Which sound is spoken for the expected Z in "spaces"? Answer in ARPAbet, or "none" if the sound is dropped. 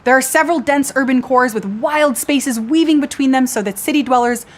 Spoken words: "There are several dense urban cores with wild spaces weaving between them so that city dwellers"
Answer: Z